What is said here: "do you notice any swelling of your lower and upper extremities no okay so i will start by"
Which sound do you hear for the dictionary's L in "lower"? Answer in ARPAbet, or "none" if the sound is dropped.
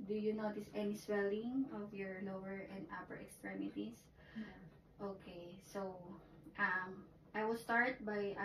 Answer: N